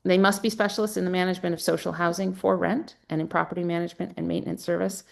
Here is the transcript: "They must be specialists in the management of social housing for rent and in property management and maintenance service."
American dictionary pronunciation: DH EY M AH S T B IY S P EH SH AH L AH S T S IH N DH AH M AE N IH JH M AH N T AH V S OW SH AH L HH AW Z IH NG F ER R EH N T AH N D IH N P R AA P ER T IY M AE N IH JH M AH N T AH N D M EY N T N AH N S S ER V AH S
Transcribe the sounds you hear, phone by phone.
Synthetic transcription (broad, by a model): DH EY M AH S T B IY S P EH SH L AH S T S IH N DH AH M AE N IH JH M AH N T AH V S OW SH L HH AW Z IH NG F ER R EH N T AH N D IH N P R AA P ER T IY M AE N IH JH M AH N T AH N M EY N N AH N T S ER V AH S